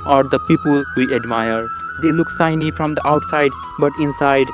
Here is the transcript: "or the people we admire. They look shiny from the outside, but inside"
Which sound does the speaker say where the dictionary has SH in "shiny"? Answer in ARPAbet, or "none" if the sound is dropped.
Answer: S